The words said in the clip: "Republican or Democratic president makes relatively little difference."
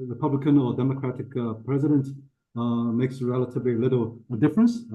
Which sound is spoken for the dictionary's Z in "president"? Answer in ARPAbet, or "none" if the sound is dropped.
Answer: Z